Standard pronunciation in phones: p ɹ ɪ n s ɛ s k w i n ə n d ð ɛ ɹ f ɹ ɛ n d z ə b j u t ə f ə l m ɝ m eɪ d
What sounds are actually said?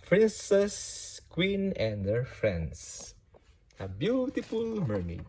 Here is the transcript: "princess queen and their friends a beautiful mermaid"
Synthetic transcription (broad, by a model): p ɹ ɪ n s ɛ s k w i n ə n d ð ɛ ɹ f ɹ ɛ n d s ə b j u t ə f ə l m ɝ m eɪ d